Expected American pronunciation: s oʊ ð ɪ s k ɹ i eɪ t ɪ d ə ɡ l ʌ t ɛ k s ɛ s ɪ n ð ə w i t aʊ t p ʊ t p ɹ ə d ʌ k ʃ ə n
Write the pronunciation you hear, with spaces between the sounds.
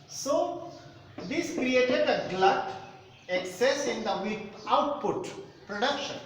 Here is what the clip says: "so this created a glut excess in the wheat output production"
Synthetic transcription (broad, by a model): s oʊ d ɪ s k ɹ i eɪ t ɪ d ə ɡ l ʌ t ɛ k s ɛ s ɪ n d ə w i aʊ t p ʊ t p ɹ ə d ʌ k ʃ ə n